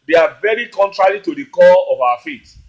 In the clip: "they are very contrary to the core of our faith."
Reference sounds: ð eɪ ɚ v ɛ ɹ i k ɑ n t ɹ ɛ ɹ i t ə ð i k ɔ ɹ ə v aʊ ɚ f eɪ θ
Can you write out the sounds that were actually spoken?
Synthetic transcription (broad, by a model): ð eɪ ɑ v ɛ ɹ i k ɑ n t ɹ ɛ ɹ i t ə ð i k ɔ l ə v aʊ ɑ f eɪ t